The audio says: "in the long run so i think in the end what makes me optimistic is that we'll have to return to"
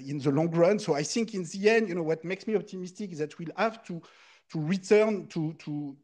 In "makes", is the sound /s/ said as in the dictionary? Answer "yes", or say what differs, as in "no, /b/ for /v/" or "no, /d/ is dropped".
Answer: yes